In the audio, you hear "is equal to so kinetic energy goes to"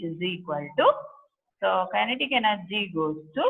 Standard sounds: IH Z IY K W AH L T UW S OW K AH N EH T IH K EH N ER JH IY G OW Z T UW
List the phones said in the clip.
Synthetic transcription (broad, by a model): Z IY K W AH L T UW S OW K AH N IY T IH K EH N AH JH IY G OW S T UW